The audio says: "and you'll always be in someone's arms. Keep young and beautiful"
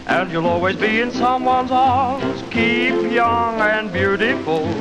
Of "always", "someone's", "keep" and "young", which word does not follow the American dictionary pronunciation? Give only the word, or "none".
none